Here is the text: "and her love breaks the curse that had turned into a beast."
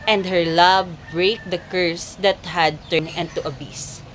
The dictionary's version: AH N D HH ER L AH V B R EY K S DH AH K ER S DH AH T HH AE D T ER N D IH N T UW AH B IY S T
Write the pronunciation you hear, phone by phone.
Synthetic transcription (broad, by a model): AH N D HH ER L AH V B R EY K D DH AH K ER S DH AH T HH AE D T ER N IH N T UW AH B IY S